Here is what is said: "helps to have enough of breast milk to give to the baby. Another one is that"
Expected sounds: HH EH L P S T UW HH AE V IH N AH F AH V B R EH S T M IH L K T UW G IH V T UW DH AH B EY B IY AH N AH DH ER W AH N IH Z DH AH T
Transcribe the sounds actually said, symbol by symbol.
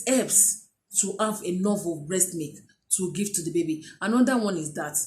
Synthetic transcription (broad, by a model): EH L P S T UW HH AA V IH N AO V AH B R EH S T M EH K T UW G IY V T UW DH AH B EY B IY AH N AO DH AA W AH N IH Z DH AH T